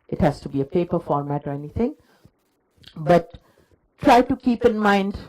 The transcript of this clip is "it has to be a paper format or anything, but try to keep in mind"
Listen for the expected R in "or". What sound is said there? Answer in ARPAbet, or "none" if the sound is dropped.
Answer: R